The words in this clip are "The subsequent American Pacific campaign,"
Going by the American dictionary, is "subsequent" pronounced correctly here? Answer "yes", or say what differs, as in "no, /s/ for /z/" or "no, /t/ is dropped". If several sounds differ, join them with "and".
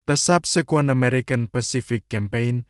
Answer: no, /t/ is dropped